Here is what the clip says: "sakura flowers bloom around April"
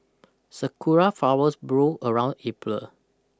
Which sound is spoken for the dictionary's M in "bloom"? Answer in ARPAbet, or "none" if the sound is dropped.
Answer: none